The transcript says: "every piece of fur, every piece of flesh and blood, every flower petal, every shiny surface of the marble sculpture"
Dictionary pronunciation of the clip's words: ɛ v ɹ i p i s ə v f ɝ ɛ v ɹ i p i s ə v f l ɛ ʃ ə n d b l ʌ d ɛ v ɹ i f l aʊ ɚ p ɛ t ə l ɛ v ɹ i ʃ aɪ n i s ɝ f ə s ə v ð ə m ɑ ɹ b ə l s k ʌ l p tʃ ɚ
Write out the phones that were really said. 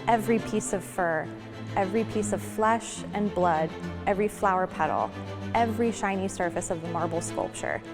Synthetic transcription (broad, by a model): ɛ v ɹ i p i s ə v f ɝ ɛ v ɹ i p i s ə v f l ɛ ʃ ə n b l ʌ d ɛ v ɹ i f l aʊ ɚ p ɛ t l ɛ v ɹ i ʃ aɪ n i s ɝ f ə s ə v ð ə m ɑ ɹ b l s k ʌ l p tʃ ɚ